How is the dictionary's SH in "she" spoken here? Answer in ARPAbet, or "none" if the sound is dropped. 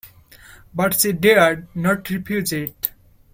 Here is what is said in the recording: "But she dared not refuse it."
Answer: S